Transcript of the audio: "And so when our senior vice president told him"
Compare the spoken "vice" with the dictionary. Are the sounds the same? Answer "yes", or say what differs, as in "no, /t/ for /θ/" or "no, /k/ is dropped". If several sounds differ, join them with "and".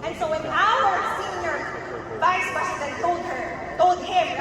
yes